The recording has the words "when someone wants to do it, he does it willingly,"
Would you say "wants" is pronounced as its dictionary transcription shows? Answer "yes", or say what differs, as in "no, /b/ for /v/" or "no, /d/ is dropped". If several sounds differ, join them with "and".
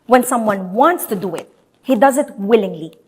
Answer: yes